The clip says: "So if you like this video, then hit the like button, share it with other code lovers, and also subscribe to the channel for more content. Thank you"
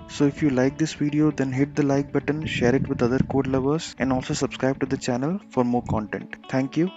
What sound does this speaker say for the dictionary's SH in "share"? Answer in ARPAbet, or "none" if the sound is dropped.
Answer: SH